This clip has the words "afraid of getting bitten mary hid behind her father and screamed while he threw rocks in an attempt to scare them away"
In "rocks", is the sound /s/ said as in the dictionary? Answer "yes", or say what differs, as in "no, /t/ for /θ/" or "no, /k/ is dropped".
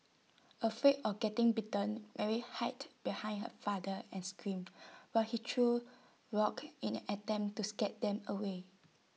no, /s/ is dropped